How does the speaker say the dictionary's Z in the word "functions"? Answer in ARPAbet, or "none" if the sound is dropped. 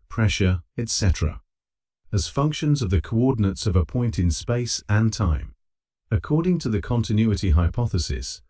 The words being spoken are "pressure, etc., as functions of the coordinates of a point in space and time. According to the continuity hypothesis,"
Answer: Z